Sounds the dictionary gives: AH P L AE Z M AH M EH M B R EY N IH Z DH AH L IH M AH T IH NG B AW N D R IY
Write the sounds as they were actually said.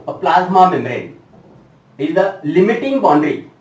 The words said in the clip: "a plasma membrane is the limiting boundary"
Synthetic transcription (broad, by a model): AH P L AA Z M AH M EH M R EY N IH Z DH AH L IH M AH T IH NG B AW N D R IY